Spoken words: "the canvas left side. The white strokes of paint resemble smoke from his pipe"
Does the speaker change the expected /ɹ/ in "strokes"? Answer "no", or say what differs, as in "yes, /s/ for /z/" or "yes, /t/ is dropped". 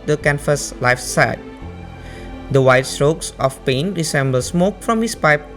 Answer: no